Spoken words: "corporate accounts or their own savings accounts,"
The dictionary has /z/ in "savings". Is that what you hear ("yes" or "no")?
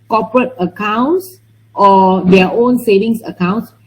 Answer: no